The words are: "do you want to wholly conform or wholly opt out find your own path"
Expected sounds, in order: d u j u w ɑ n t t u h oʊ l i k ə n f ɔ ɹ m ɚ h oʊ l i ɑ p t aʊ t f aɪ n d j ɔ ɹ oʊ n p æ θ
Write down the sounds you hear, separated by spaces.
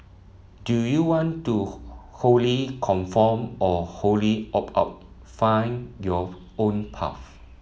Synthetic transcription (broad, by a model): d u j u w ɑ n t t u h oʊ l i k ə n f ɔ m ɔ h oʊ l i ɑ p aʊ t f aɪ n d j ɔ oʊ n p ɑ f